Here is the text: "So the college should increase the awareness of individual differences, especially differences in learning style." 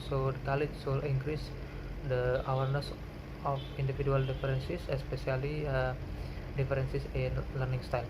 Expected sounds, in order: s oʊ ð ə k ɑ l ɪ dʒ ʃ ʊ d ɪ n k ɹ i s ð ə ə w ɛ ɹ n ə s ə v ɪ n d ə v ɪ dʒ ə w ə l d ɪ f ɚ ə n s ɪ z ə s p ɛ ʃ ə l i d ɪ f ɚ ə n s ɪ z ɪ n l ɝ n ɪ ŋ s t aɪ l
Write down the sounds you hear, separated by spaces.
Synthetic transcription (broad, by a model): s oʊ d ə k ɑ l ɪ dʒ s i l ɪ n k ɹ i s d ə ə w ɛ ɹ n ə s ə f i n d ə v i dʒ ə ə l d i f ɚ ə n s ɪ s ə s p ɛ s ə l i d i f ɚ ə n s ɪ s ɪ n l ɝ n ɪ ŋ s t aɪ l